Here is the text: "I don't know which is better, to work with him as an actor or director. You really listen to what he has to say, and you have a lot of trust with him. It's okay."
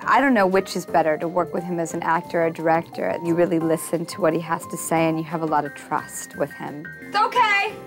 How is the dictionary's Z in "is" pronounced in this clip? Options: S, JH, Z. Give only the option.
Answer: Z